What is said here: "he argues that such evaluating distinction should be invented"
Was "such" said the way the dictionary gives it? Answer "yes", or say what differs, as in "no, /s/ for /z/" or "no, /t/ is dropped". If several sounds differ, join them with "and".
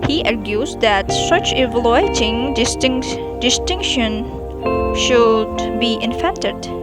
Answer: yes